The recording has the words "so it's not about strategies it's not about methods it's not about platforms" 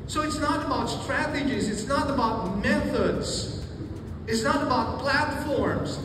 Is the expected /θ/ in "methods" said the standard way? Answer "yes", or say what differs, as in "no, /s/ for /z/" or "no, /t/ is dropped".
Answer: yes